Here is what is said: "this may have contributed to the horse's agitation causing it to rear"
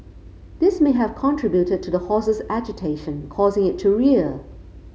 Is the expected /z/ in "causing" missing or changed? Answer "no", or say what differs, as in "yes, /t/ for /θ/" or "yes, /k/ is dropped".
no